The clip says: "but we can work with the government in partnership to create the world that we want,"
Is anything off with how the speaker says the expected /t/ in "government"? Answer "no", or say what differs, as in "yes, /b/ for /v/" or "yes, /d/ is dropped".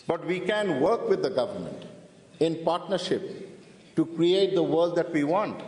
no